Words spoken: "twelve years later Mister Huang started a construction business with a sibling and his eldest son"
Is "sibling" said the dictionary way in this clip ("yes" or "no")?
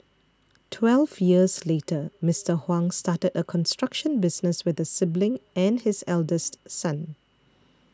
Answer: yes